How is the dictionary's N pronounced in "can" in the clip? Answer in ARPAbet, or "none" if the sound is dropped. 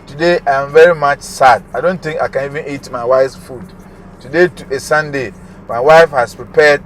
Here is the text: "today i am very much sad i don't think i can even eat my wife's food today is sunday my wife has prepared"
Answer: N